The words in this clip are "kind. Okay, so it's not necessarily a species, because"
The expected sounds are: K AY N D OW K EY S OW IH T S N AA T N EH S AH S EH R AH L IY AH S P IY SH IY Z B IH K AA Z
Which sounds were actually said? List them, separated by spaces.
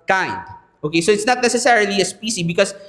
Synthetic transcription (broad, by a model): K AY N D OW K EY S OW IH T S N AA T N EH S AH S EH R AH L IY AH S P IY S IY B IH K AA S